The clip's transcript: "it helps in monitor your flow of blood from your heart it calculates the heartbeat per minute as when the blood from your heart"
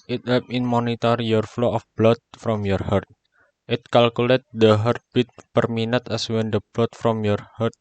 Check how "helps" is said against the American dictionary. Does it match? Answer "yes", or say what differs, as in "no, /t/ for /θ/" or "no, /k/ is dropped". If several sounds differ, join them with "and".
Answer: no, /l/ is dropped and /s/ is dropped